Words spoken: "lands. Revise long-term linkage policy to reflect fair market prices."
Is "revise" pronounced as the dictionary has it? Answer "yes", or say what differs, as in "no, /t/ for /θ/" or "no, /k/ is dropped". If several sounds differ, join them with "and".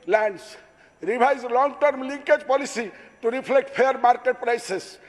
no, /b/ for /v/